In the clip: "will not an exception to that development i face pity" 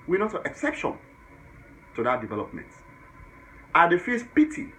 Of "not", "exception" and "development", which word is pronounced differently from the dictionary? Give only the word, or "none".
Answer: none